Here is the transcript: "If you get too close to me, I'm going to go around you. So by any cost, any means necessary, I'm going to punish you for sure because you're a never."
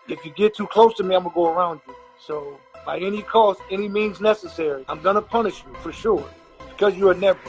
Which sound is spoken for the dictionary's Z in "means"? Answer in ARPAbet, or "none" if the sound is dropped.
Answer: Z